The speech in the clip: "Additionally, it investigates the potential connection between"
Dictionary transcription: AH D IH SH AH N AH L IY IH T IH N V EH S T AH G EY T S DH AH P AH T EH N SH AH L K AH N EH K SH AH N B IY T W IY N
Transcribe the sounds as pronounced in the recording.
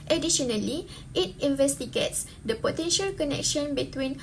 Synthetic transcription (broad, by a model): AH D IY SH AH N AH L IY IH T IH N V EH S T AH G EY T S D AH P AH T EH N SH AH L K AH N EH K SH AH N B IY T W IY N